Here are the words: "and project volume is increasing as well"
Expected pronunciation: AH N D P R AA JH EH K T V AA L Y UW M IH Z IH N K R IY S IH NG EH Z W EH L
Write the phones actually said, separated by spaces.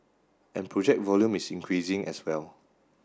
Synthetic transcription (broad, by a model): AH N P R AA JH EH K T V AA L Y UW M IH S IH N K R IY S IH NG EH S W EH L